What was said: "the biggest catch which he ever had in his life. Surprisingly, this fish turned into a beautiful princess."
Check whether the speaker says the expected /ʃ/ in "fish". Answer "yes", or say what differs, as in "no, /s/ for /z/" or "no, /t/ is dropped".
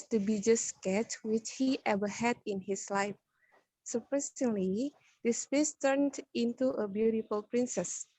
no, /s/ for /ʃ/